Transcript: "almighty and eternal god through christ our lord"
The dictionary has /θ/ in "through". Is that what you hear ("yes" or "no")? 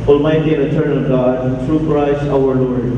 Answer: no